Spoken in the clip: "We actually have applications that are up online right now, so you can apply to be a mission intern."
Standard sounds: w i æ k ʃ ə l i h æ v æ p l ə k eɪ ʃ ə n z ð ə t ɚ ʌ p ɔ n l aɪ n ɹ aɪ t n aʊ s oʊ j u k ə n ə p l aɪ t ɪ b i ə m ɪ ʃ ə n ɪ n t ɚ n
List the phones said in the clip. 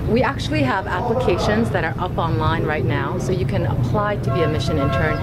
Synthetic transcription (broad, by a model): w i æ k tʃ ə l i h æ v æ p l ə k eɪ ʃ ə n z ð ə t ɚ ʌ p ɔ n l aɪ n ɹ aɪ t n aʊ s oʊ j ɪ k ə n ə p l aɪ t ɪ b i ə m ɪ ʃ ə n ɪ n t ɚ n